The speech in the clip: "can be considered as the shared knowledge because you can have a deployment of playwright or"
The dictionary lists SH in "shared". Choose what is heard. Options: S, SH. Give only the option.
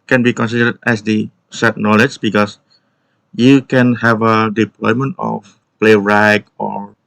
S